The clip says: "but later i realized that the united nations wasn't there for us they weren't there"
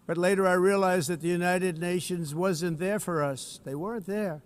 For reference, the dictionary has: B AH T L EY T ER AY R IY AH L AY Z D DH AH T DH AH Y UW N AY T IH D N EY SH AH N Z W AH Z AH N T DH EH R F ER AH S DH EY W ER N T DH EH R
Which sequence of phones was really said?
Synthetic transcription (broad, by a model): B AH T L EY T ER AY R IY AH L AY Z DH AH T DH AH Y UW N AY T IH D N EY SH AH N Z W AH Z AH N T DH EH R F ER AH S DH EY W ER N T DH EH R